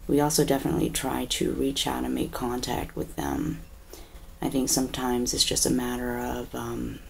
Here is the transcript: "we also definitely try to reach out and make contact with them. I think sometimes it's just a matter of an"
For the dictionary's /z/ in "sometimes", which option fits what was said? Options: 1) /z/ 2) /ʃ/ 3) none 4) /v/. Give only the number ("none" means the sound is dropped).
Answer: 1